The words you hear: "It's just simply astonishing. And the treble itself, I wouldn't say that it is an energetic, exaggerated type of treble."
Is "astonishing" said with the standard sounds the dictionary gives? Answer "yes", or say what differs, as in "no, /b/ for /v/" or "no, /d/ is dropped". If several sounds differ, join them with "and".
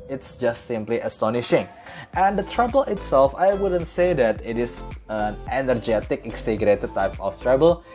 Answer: yes